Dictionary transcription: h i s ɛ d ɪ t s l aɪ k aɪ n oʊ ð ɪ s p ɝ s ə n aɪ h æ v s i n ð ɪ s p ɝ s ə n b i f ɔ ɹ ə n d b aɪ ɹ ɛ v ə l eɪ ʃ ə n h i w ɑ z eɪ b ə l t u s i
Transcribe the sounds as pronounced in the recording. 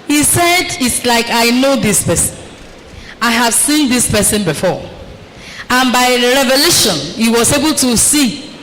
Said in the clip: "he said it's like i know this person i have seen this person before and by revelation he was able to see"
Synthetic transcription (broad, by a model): h i s ɛ d ɪ t s l aɪ k aɪ n oʊ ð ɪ s p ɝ s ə n aɪ h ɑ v s i n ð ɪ s p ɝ s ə n b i f ɔ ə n b aɪ ɹ ɛ v ə l eɪ ʃ ə n h i w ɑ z eɪ b ə l t u s i